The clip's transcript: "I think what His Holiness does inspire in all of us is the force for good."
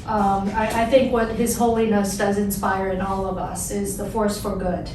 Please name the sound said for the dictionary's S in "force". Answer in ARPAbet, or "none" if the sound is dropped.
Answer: S